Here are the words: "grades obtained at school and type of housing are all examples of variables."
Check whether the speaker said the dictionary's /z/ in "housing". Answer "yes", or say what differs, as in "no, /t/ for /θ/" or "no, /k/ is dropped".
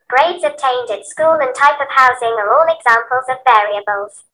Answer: yes